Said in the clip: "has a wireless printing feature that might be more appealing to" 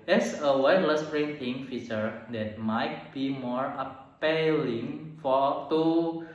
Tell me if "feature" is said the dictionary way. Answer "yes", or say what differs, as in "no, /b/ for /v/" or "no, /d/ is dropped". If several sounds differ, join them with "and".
yes